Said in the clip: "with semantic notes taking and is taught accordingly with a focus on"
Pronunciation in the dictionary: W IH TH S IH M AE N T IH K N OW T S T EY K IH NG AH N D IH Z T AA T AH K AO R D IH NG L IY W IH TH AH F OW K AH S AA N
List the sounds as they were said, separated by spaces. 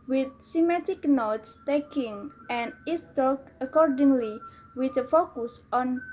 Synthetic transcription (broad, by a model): W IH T S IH M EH T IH K N OW T S T EY K IH NG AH N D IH S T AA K AH K AO R D IH NG L IY W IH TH AH F OW K AH S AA N